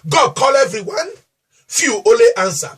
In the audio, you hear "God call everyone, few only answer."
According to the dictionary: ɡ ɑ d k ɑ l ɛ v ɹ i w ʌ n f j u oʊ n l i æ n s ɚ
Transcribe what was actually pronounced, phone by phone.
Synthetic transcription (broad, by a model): ɡ ɑ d k ɑ l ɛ v ɹ i w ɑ n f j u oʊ l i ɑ n s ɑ